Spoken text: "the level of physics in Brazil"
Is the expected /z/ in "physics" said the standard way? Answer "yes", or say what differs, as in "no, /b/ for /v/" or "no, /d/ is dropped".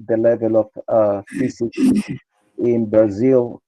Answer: no, /s/ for /z/